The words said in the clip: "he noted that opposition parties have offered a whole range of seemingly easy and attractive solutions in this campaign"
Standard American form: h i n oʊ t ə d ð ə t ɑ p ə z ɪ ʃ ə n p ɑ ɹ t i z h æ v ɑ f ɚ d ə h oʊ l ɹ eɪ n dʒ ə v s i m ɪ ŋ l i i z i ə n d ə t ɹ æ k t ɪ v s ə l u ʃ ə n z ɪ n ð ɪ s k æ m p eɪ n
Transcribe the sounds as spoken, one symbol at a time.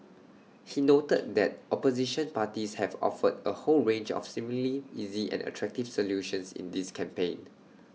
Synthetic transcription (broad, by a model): h i n oʊ t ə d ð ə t ɑ p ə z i ʃ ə n p ɑ t i s h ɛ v ɑ f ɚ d ə h oʊ l ɹ eɪ n dʒ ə f s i m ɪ l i i z i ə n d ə t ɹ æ k t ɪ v s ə l u ʃ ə n s ɪ n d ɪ s k æ m p eɪ n